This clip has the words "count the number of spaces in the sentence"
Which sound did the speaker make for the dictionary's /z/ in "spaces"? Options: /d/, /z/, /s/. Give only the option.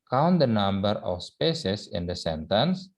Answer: /s/